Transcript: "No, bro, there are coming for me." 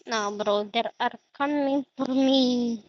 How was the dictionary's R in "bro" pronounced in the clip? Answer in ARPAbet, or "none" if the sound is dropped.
R